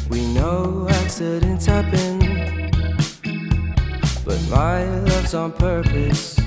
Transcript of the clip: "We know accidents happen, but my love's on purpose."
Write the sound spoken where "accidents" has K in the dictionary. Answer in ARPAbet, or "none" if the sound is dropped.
none